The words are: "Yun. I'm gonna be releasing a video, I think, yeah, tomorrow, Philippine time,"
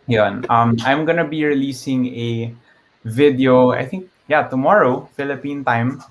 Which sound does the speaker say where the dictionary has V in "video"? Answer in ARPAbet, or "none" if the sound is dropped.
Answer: V